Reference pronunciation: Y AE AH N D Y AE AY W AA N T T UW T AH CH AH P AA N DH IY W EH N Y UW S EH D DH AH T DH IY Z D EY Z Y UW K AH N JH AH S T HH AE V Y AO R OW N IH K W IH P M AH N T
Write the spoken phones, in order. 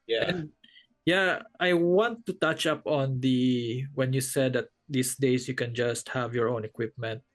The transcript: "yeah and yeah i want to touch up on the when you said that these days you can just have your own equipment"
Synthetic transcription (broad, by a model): Y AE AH Y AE AY W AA N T T UW T AH CH AH P AA N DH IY W EH N Y UW S EH D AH T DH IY S D EY S Y UW K AH N JH AH S T HH AE V Y AO R OW N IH K W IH P M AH N T